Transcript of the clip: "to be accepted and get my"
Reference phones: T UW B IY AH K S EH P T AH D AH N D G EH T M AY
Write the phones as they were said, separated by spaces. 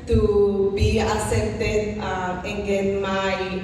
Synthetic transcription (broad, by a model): T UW B IY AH S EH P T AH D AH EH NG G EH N M AY